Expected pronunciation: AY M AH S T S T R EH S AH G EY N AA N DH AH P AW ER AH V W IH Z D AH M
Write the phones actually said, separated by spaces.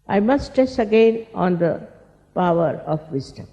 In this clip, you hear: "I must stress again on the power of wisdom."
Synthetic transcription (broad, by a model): AY M AH S T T EH S AH G EY N AA N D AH P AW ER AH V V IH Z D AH M